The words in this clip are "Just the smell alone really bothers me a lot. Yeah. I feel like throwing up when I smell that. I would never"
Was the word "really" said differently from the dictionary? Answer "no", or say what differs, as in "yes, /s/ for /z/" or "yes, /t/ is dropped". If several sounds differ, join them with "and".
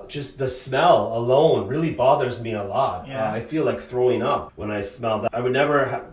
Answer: no